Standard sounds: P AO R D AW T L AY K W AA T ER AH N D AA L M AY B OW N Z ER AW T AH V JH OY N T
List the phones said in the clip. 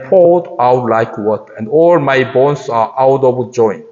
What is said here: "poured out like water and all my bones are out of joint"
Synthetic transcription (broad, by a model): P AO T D AW T L AY K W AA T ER AH N D AA L M AY B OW N S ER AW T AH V JH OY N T